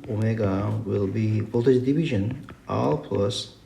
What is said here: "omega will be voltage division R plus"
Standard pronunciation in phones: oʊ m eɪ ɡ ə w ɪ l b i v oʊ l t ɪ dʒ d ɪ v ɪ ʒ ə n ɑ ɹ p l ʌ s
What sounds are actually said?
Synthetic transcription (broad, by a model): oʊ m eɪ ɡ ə w ɪ l b i b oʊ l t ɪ ʃ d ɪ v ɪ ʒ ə n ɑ l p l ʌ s